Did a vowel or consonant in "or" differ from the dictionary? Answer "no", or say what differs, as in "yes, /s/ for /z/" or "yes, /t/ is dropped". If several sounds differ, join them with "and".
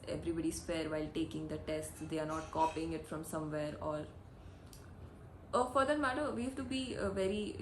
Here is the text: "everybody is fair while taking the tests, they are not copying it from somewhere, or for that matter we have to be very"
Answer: yes, /l/ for /ɹ/